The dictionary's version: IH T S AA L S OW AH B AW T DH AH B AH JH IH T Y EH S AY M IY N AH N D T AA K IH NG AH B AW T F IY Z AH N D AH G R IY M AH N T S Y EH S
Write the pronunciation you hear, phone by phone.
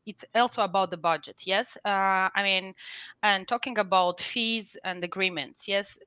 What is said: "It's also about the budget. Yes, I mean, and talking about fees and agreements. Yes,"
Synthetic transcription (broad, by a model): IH T S AA L S OW AH B AW T DH AH B AH JH IH T Y EH S AY M IY N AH N T AA K IH NG AH B AW T F IY Z AH N D AH G R IY M AH N T S Y EH S